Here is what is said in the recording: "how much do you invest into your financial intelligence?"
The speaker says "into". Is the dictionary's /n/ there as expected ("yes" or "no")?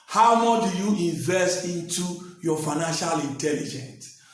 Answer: yes